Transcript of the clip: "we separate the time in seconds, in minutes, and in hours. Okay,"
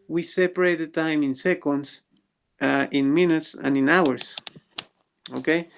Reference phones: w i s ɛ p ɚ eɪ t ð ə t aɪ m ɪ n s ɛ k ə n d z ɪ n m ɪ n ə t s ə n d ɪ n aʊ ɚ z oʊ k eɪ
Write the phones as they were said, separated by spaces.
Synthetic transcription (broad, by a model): w i s ɛ p ɚ eɪ t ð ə t aɪ m ɪ n s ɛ k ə n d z ɪ n m ɪ n ə t s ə n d ɪ n aʊ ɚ s oʊ k eɪ